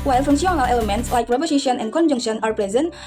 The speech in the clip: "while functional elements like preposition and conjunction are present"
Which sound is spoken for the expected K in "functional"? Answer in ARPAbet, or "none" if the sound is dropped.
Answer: none